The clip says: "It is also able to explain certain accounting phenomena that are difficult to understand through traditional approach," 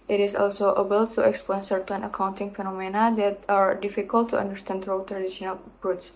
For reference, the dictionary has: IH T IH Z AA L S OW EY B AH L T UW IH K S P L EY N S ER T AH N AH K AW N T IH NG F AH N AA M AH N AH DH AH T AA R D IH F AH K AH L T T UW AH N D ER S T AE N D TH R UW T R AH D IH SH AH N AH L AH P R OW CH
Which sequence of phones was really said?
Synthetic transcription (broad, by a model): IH T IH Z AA L S OW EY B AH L T UW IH K S P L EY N S ER T AH N AH K AW N T IH NG F AH N AA M AH N AH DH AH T AA R D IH F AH K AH L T T UW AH N D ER S T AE N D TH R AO T R AH D IH SH AH N AH L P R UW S